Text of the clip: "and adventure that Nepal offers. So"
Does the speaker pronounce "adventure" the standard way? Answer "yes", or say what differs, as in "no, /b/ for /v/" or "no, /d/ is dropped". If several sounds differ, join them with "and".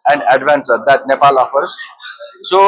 no, /s/ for /tʃ/